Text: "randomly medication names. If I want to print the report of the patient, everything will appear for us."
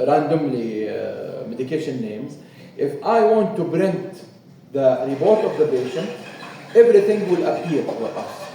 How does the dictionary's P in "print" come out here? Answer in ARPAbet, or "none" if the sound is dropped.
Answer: B